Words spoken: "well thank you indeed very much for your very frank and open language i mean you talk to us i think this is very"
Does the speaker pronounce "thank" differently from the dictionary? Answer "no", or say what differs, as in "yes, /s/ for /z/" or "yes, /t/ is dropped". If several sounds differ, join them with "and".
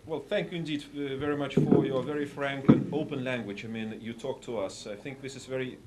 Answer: no